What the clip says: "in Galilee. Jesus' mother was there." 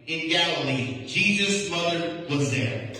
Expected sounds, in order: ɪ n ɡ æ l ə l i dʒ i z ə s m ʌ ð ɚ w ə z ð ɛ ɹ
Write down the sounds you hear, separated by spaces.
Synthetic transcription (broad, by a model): ɪ n ɡ æ l ə l i dʒ i z ə s m ʌ ð ɚ w ə z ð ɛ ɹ